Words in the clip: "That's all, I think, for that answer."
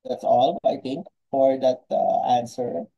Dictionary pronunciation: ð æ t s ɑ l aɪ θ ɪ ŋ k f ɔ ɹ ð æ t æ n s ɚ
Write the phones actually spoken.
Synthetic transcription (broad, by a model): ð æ t s ɑ l aɪ t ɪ ŋ k f ɔ ɹ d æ t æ n s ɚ